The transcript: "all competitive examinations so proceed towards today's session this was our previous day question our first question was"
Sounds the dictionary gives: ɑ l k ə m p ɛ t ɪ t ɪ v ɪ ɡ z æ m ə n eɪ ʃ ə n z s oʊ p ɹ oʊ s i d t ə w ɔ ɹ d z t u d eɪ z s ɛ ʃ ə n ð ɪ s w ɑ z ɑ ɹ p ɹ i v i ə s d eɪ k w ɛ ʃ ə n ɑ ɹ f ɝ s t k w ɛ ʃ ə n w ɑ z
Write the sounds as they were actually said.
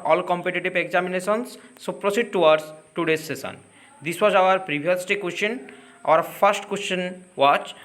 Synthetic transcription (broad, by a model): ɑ l k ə m p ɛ t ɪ t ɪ b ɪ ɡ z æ m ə n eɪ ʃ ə n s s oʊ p ɹ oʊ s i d t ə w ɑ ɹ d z t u d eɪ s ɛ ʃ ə n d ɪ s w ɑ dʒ ɑ ɹ p ɹ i b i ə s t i k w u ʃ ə n ɑ ɹ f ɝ s t k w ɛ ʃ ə n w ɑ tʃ